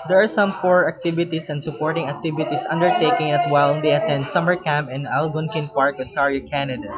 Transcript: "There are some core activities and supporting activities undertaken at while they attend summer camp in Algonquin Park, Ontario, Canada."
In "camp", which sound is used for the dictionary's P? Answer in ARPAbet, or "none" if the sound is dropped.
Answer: P